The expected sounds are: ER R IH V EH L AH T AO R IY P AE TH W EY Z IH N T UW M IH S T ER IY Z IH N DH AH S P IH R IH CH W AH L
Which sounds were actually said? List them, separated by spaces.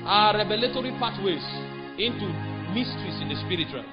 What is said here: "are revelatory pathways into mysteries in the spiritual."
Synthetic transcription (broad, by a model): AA R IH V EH L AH T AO R IY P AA T W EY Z IH N T UW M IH S T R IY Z IH N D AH S P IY R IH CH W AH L